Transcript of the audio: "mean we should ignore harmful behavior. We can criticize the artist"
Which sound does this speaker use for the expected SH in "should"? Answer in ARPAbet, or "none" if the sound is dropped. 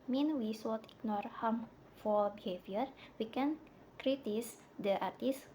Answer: S